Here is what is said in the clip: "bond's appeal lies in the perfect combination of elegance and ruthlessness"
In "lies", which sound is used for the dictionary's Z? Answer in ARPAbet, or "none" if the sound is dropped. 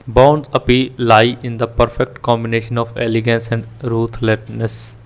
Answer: none